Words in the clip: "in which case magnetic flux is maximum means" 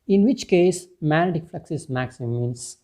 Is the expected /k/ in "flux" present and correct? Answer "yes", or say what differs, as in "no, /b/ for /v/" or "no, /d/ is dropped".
yes